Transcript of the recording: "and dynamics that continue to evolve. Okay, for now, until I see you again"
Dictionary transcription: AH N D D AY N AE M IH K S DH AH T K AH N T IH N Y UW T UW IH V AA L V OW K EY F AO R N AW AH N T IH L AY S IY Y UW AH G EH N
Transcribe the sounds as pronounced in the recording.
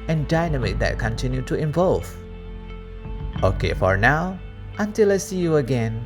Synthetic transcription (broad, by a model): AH N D D AY N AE M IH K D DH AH T K AH N T IH N Y UW T UW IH V AA L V OW K EY F AO R N AW AH N T IH L AY S IY Y UW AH G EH N